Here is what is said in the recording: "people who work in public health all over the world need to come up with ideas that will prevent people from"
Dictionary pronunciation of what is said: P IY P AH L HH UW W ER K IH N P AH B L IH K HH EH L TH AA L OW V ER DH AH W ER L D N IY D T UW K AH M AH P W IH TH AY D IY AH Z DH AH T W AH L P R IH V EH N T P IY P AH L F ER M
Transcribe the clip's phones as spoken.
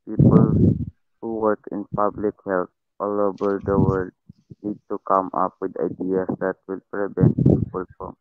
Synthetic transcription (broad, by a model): P IY P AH L HH UW W ER K IH N P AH B L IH K HH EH L T AA L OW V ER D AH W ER D N IY D T UW K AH M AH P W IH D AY D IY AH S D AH T W AH L P R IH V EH N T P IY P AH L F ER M